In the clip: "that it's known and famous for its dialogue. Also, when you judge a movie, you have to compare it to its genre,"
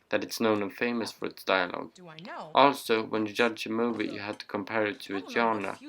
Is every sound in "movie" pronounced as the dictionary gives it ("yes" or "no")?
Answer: yes